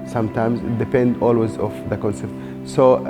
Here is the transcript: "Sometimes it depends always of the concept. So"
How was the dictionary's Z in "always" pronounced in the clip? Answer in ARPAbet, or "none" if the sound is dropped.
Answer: Z